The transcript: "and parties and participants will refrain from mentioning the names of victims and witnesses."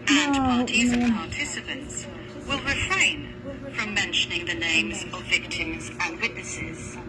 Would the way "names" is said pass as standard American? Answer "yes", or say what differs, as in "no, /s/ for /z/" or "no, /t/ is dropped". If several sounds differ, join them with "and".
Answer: yes